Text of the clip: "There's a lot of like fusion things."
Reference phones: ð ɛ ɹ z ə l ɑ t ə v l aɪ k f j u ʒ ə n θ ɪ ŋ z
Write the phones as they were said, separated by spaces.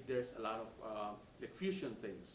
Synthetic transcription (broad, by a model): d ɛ ɹ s ə l ɑ t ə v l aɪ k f j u ʃ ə n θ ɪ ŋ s